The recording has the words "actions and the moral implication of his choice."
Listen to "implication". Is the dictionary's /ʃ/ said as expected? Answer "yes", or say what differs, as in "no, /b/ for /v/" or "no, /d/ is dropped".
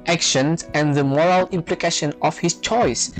yes